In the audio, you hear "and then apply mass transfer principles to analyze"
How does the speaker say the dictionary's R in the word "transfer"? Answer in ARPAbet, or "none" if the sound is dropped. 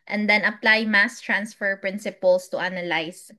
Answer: R